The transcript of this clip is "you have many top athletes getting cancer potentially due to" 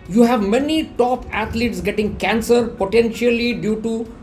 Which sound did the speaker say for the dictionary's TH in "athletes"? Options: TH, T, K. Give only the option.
T